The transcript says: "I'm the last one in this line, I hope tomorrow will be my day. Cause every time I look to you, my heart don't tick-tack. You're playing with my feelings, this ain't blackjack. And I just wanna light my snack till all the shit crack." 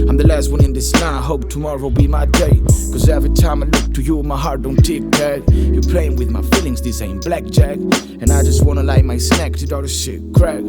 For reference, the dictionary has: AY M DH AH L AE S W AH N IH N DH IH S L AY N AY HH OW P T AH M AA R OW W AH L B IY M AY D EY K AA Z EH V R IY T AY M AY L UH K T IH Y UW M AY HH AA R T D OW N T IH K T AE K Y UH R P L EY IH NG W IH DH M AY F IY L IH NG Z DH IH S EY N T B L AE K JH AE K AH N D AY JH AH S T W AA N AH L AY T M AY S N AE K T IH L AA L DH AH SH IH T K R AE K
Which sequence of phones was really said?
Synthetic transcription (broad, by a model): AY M DH AH L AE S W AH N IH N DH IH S N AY AY HH OW P T AH M AA R OW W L B IY M AY D EY K AA Z EH V R IY T AY M AY L UH K T IH Y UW M AY HH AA R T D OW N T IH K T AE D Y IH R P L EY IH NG W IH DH M AY F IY L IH NG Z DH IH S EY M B L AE K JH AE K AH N AY JH AH S T W AA N AH L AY M AY S N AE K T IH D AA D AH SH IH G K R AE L